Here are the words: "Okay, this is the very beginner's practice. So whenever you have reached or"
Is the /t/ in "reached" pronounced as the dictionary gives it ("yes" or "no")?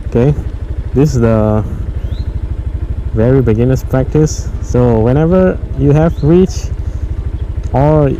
no